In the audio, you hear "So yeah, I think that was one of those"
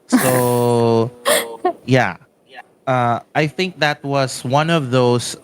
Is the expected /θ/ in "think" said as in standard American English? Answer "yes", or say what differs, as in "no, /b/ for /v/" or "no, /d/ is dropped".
yes